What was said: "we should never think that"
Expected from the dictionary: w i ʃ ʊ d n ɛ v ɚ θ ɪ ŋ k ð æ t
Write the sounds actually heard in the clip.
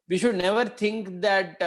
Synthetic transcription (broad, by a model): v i ʃ ʊ d n ɛ v ɚ t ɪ ŋ k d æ t